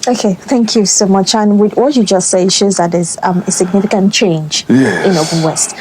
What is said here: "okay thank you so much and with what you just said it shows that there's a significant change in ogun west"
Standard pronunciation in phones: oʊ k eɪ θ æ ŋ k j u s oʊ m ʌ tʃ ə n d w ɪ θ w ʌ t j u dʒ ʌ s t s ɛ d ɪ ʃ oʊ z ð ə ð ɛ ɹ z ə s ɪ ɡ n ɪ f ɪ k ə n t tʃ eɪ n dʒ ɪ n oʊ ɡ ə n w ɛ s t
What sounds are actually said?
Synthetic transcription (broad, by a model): oʊ k eɪ θ æ ŋ k j u s oʊ m ʌ tʃ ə n w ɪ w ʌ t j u dʒ ʌ s t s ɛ ɪ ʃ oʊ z ð ə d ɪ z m ə s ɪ ɡ n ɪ f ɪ k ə n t tʃ eɪ n dʒ ɪ n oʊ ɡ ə l w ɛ s t